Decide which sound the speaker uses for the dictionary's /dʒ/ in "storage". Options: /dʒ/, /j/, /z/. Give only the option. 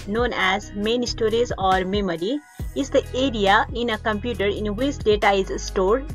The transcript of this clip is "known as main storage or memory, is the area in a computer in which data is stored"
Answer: /z/